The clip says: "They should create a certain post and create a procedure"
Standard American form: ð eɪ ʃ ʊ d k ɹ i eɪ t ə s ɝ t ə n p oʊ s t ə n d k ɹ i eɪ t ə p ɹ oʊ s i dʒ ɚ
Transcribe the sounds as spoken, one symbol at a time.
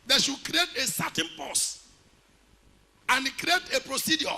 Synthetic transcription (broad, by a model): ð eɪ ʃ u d k ɹ i eɪ t ə s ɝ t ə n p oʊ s ə n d k ɹ i eɪ t ə p ɹ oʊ s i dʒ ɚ